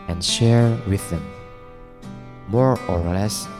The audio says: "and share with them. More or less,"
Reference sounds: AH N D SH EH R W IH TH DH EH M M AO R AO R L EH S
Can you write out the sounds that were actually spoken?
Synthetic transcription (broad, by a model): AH N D SH EH R W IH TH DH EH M M AO R AO R L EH S